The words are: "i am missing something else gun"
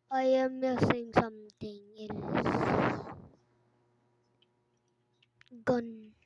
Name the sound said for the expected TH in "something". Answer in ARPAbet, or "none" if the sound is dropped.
T